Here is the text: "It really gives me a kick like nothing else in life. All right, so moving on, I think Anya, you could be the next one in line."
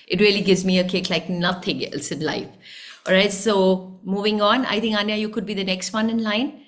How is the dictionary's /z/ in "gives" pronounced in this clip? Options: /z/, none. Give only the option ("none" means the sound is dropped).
/z/